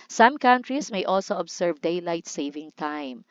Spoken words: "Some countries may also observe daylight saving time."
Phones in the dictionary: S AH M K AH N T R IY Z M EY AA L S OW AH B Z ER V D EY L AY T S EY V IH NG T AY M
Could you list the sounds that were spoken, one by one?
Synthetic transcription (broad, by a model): S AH M K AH N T R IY S M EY AA L S OW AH B S ER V D EY L AY T S EY V IH NG T AY M